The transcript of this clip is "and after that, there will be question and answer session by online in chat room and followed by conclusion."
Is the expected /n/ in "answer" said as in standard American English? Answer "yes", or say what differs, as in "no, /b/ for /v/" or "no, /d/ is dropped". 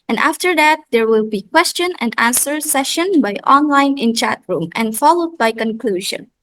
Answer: yes